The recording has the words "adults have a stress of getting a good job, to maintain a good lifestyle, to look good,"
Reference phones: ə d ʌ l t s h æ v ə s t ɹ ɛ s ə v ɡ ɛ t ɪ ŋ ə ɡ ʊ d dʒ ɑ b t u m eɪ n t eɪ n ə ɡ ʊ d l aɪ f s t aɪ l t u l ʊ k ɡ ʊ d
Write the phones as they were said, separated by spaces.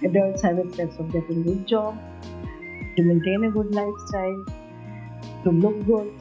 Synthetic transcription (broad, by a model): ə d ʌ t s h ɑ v ə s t ɛ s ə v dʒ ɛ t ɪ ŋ ɡ ʊ d dʒ ɑ b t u m eɪ n t eɪ n ə ɡ ʊ d l aɪ f s t aɪ l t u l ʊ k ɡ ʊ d